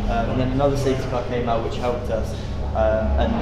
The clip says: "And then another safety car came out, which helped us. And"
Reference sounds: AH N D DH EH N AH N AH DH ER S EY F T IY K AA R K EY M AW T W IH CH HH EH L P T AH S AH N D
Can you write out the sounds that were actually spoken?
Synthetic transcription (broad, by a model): AH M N DH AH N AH N AH DH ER S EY T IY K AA K EY M AW T W IH CH HH EH L P T AH S AH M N